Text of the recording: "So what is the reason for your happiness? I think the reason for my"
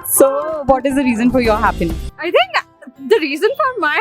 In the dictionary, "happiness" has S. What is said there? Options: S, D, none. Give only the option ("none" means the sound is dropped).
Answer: none